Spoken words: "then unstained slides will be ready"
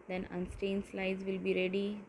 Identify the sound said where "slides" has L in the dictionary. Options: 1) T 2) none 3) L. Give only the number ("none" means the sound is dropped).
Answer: 3